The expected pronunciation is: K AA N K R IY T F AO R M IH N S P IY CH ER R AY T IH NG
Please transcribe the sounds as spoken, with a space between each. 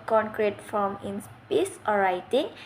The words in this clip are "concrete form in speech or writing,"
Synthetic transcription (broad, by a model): K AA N K R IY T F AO M IH N S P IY S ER R AY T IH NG